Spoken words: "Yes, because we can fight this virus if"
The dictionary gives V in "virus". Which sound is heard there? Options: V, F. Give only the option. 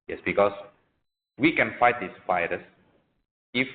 F